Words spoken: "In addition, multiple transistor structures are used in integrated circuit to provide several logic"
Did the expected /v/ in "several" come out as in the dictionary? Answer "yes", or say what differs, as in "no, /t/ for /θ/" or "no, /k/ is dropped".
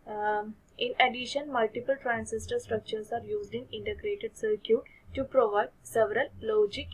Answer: yes